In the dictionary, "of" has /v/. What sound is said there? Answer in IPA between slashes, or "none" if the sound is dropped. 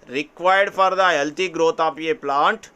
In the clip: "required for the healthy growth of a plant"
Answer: /p/